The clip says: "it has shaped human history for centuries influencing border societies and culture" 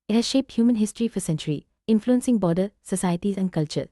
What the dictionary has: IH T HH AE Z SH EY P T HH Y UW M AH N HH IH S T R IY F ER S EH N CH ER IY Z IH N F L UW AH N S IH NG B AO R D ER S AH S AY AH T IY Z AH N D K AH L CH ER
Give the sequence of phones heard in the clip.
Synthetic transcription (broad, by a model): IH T HH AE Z SH EY P T HH Y UW M AH N HH IH S T R IY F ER S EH N CH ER IY IH N F L UW AH N S IH NG B AO D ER S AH S AY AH T IY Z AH N K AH L CH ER